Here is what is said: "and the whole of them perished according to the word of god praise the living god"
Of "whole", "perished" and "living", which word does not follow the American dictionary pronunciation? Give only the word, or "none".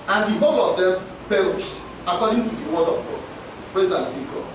living